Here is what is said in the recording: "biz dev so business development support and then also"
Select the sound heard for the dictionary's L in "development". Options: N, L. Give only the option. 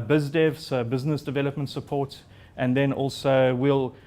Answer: L